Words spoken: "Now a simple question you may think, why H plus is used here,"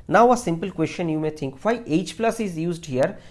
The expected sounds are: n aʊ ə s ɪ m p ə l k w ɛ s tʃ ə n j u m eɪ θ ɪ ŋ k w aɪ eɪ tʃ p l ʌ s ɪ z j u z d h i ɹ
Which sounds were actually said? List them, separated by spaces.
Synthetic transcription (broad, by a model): n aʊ ə s ɪ m p ə l k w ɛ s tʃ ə n j u m eɪ t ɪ ŋ k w aɪ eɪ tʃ p l ʌ s ɪ z j u z d h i ɹ